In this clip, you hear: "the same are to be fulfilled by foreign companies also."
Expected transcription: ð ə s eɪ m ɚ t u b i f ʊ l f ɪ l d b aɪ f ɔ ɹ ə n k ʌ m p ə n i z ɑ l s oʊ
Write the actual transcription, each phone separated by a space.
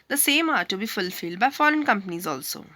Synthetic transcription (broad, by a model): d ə s eɪ m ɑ t u b i f ʊ l f ɪ l d b aɪ f ɔ ɹ ə n k ʌ m p ə n i z ɑ l s oʊ